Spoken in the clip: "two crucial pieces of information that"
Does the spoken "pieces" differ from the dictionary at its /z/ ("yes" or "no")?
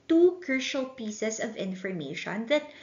yes